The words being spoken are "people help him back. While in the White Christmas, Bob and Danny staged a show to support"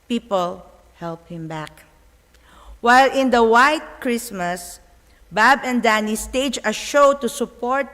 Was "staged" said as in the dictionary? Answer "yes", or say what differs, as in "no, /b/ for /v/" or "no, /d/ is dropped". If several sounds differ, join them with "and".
no, /d/ is dropped